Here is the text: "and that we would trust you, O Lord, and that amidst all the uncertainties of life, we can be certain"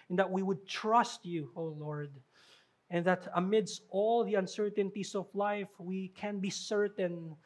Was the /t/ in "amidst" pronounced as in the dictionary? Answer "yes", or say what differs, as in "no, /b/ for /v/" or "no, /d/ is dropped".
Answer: yes